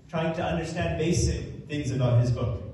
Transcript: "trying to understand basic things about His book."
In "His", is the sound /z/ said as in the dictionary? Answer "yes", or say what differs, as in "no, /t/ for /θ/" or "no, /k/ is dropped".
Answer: yes